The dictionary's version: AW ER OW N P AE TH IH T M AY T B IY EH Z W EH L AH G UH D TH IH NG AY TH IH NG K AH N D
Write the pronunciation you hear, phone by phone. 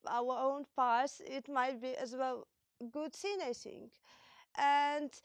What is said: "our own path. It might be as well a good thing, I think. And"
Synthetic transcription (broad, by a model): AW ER OW N P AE S IH T M AY T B IY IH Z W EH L G UH D S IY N AY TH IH NG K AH N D